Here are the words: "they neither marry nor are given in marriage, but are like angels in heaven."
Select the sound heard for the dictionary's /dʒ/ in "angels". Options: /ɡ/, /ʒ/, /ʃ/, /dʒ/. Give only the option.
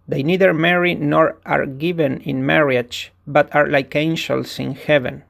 /ʃ/